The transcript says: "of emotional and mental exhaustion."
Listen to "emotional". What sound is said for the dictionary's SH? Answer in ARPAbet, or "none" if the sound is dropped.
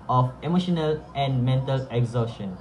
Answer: SH